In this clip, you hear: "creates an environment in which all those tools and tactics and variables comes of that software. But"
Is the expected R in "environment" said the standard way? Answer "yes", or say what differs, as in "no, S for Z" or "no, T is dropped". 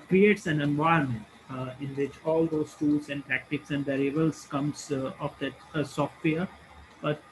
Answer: no, R is dropped